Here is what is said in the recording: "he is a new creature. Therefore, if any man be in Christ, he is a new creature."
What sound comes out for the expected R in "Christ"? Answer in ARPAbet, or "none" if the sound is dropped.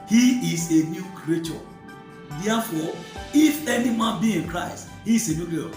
R